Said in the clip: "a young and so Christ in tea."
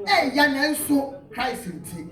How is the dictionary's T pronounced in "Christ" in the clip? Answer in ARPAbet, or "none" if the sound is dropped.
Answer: none